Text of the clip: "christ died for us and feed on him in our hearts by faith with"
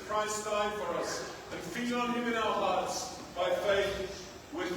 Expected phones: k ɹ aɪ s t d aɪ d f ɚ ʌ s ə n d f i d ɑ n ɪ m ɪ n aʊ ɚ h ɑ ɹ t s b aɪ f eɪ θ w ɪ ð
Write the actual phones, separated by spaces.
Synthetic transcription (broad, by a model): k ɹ aɪ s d aɪ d f ɚ ʌ s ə n f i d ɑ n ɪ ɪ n aʊ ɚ h ɑ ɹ t s b aɪ f eɪ θ w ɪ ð